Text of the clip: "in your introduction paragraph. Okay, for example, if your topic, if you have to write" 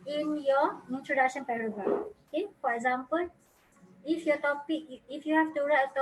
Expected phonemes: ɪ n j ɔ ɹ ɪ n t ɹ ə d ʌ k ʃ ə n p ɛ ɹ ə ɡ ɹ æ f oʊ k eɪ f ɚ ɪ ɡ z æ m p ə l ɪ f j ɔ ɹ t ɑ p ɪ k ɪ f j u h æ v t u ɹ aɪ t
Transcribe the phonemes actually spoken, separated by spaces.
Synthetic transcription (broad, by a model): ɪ n j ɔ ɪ n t ɹ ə d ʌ k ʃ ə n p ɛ ɹ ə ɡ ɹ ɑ oʊ k eɪ f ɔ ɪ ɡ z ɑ m p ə l ɪ f j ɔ t ɑ p ɪ k ɪ f j u h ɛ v t u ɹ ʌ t